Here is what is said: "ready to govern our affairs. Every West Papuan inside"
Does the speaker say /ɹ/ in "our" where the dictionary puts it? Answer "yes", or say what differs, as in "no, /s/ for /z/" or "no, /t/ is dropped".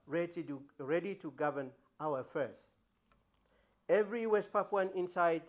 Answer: no, /w/ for /ɹ/